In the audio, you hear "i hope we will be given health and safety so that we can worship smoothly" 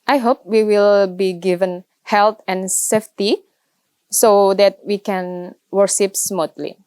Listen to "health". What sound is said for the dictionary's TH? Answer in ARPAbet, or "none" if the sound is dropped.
T